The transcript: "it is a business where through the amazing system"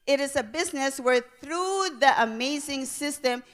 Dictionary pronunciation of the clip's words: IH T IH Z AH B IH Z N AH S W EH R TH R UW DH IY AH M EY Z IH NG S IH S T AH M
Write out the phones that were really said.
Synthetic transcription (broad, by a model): IH T IH Z AH B IH Z N AH S W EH R TH R UW DH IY AH M EY Z IH NG S IH S T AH M